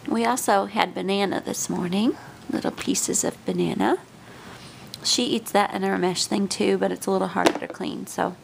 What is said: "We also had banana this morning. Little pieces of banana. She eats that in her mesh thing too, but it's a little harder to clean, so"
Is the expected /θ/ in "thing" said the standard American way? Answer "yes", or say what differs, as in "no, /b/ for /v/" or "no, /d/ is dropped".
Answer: yes